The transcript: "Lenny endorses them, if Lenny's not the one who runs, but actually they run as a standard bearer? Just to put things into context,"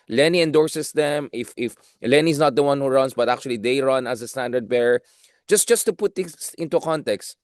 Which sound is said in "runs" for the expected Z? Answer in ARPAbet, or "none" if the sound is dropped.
S